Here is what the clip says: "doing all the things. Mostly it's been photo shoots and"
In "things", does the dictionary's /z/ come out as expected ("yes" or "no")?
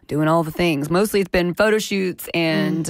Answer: yes